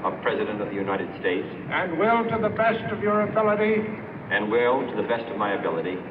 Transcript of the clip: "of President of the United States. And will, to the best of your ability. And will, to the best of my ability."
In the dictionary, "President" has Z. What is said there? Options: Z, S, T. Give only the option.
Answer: Z